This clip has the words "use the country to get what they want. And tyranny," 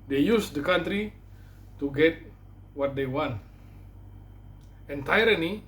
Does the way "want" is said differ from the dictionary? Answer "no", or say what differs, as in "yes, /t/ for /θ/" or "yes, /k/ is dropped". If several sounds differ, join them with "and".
no